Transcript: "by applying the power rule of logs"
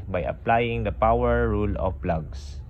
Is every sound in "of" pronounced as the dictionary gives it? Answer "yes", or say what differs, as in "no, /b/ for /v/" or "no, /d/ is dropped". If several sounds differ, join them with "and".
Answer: no, /p/ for /v/